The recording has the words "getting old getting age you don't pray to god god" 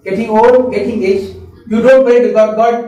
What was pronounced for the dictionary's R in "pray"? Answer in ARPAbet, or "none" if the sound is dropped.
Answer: none